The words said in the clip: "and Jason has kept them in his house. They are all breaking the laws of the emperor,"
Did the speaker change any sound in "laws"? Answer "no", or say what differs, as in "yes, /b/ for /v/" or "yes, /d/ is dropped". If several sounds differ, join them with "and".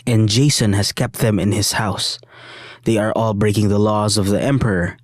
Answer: no